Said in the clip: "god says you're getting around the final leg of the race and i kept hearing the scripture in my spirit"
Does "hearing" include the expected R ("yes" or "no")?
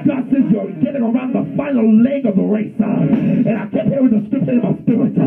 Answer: no